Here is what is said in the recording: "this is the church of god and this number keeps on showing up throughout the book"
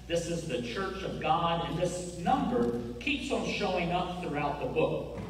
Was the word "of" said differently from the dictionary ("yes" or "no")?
no